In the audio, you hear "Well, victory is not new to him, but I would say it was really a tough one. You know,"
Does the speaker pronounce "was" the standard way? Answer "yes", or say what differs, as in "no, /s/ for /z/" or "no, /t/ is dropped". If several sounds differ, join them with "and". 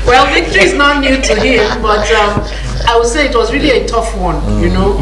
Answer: yes